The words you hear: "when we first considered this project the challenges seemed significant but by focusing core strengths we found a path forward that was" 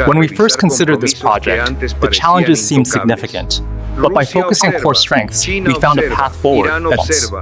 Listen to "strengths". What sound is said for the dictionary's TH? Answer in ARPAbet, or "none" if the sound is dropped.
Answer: TH